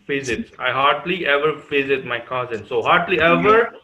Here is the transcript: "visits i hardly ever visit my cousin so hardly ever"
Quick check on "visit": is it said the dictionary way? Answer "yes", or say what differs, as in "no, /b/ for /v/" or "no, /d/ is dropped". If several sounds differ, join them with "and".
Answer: no, /f/ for /v/